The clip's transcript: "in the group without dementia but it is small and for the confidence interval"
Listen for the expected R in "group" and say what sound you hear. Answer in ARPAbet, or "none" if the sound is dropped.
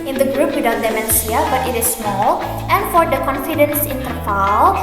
R